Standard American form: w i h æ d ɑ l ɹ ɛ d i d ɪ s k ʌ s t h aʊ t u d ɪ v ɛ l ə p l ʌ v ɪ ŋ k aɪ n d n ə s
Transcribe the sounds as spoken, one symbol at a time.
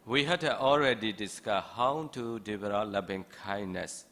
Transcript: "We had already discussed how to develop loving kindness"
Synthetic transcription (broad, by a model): w i h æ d ɑ l ɹ ɛ d i d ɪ s k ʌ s h aʊ t u d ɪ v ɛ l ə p l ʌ p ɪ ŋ k aɪ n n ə s